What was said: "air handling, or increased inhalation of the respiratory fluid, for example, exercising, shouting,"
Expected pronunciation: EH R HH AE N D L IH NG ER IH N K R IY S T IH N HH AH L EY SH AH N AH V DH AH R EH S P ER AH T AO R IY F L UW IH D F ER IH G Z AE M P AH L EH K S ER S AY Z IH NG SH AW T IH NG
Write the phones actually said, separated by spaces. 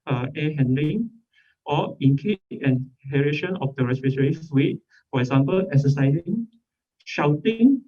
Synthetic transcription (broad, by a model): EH HH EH N D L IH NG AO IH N K IY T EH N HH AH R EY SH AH N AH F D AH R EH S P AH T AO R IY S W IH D F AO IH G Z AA M P AH L EH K S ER S AY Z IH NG SH AW T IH NG